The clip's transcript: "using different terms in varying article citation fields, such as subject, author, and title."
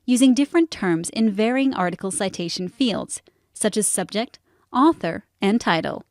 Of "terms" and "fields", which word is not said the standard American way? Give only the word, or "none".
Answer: none